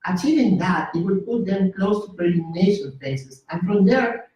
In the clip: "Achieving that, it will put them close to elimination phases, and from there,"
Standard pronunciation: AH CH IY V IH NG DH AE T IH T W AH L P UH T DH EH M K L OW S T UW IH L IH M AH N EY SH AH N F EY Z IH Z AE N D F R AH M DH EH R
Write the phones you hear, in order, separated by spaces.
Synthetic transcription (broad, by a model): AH CH IY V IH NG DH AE T IH T W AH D P UH T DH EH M K L OW S T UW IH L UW M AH N EY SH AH N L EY S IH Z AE N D F R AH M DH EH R